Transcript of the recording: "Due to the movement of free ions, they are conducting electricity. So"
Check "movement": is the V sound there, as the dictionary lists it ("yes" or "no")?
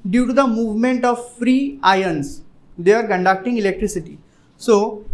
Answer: yes